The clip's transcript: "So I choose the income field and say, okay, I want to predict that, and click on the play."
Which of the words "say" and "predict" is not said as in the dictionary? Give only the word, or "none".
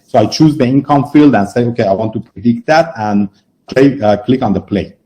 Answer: none